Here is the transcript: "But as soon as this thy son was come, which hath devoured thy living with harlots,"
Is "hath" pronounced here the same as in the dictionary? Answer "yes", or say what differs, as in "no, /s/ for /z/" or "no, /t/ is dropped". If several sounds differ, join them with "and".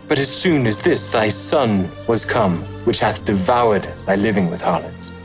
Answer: yes